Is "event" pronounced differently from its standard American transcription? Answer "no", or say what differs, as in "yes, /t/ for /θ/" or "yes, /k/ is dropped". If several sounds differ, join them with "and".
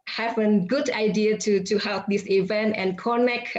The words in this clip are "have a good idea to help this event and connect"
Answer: no